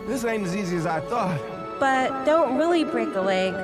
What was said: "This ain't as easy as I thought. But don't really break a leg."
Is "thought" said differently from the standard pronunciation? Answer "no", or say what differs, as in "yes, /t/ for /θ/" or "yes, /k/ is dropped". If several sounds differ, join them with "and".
no